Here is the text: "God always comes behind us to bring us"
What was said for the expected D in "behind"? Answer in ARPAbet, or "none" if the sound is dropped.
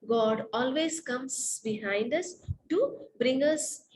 D